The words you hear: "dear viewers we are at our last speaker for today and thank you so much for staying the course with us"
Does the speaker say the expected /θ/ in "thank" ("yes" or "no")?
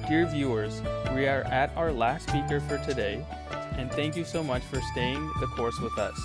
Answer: yes